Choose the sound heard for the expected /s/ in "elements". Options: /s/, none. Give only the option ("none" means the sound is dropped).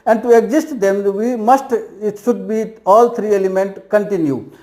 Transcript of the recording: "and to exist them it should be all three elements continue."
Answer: none